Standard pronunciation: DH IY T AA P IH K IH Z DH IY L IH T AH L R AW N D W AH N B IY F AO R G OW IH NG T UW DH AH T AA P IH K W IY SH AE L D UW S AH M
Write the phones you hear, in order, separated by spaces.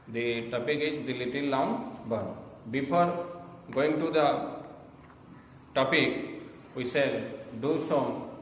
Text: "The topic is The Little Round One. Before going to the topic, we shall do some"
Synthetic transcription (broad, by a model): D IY T AA P IH K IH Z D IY L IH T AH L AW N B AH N B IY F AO R G OW IH NG T UW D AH T AA P IH K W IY S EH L D UW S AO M